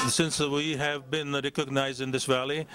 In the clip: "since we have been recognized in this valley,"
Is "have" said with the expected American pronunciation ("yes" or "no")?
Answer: yes